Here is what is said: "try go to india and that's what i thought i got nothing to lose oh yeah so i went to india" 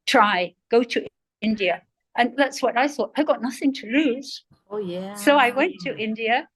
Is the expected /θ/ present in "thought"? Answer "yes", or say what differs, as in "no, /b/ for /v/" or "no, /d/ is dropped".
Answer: yes